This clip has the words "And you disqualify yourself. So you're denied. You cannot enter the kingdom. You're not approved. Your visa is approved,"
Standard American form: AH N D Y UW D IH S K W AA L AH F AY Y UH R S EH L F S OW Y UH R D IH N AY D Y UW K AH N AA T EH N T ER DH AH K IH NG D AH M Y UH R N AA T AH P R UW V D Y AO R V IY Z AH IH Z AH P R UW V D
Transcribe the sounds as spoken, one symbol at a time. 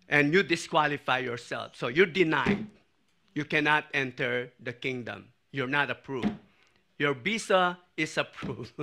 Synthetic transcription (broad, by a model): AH N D Y UW D IH S K W AA L AH F AY Y UH R S EH L F S OW Y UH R D IH N AY D Y UW K AH N AA T EH N T ER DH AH K IH NG D AH M Y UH R N AA T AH P R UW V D Y AO R B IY S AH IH S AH P R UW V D